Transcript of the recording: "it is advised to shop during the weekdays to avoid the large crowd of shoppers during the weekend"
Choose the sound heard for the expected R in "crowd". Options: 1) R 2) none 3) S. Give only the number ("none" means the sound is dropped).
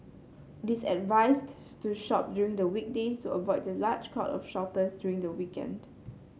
2